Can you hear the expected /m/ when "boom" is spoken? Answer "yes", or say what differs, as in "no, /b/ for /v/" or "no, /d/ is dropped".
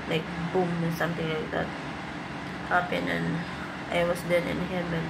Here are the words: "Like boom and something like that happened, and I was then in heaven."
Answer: yes